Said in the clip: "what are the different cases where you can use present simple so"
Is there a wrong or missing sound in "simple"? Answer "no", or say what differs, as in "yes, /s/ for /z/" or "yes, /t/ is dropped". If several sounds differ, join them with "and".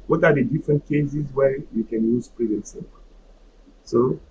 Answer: yes, /m/ is dropped